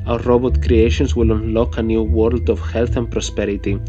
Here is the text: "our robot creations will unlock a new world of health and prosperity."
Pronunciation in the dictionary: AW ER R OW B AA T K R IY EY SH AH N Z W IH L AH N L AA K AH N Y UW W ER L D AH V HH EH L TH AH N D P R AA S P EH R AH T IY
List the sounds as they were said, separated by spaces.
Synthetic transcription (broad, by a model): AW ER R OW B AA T K R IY EY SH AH N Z W IH L AH N L AA K AH N Y UW W ER L D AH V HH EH L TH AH N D P R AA S P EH R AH T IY